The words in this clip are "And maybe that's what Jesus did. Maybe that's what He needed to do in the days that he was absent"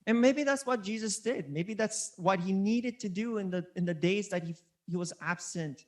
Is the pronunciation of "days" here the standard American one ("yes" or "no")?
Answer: yes